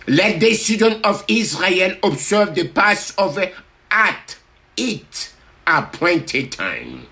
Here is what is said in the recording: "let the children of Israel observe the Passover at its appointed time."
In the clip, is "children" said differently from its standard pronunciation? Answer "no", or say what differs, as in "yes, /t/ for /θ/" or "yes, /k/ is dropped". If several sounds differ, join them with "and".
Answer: yes, /s/ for /tʃ/ and /l/ is dropped and /ɹ/ is dropped